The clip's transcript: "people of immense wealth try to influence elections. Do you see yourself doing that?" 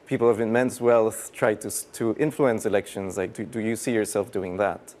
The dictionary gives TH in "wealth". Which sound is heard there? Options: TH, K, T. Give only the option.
TH